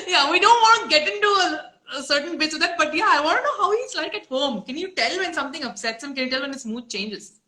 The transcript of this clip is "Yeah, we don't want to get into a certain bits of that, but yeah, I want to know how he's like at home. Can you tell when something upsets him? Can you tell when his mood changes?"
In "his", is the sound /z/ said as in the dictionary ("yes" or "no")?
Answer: no